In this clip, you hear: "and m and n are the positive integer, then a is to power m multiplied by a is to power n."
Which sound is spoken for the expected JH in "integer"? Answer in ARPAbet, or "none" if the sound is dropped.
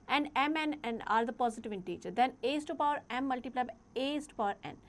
CH